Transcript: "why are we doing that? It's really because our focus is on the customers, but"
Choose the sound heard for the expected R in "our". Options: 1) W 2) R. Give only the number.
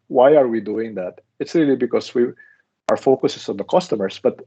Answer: 2